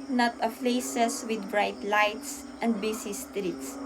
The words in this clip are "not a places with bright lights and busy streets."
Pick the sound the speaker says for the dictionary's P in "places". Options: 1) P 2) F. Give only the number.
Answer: 2